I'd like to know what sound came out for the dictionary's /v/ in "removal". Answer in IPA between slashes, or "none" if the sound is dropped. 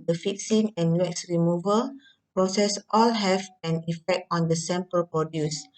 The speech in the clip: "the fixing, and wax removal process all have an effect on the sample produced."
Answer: /v/